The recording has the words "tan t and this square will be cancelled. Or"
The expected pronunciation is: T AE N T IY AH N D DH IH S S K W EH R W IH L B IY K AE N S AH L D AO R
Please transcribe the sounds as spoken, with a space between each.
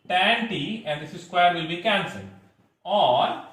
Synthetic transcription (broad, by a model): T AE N T IY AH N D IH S S K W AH R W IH L B IY K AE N S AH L AO R